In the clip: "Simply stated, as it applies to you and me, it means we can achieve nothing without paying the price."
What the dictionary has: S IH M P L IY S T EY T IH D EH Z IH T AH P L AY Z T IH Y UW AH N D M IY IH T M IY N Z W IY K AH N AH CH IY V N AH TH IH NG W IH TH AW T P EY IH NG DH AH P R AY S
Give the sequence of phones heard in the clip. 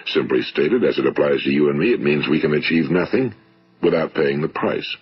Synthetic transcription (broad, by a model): S IH M P L IY S T EY T IH D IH Z IH T AH P L AY Z T IH Y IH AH N M IY IH T M IY N Z W IY K AH N AH CH IY V N AH TH IH NG W IH TH AW T P EY IH NG DH AH P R AY S